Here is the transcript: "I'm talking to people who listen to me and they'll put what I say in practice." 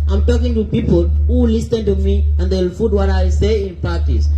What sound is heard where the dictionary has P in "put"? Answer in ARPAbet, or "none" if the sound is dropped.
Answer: F